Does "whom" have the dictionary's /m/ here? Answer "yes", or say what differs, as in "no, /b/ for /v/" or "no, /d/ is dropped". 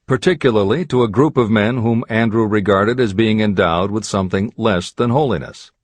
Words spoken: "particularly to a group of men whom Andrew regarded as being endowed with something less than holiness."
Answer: yes